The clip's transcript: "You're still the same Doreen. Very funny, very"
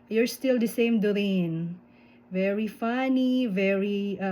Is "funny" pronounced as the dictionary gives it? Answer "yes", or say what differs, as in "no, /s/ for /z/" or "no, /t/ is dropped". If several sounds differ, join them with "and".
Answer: yes